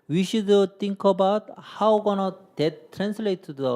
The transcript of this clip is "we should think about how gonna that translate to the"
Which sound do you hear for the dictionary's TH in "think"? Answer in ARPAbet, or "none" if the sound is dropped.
T